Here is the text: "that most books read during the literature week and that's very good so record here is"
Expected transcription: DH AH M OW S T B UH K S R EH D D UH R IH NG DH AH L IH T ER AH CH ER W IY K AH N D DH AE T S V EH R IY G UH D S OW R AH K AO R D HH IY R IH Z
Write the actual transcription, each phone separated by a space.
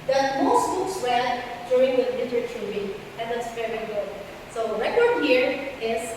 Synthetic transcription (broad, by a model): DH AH M OW S T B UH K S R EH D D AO IH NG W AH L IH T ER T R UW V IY AH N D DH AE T S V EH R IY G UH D S OW R AH K AO R D HH IY R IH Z